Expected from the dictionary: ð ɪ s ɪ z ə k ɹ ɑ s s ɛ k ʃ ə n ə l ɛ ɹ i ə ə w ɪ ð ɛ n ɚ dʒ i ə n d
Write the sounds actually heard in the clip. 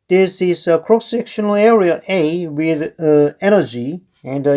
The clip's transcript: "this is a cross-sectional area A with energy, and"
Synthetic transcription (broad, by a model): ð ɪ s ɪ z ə k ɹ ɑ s s ɛ k ʃ ə n ə l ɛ ɹ i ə ə w ɪ ð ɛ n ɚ dʒ i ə n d